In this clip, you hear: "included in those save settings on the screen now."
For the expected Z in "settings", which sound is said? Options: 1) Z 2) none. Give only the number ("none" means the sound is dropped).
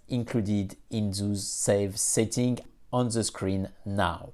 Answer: 2